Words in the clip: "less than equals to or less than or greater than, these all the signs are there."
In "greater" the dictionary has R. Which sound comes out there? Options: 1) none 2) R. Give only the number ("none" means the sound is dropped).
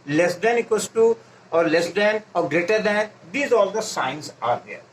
2